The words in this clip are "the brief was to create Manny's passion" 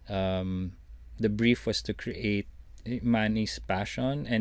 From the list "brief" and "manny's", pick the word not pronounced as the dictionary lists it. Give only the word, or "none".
manny's